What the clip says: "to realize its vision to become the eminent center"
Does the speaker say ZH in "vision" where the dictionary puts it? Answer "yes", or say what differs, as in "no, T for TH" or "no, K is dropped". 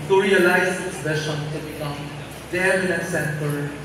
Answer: no, SH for ZH